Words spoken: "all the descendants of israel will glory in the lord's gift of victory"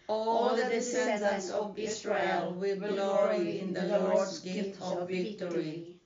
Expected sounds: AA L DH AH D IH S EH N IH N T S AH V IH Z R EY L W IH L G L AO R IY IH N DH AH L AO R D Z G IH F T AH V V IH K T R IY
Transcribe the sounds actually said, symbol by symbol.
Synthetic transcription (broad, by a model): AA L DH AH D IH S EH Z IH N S AH V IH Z R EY L W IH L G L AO R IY IH N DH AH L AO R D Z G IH T AH V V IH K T R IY